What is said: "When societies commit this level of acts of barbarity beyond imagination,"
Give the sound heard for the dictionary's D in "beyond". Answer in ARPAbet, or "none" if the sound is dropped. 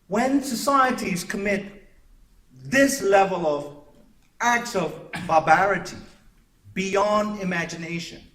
D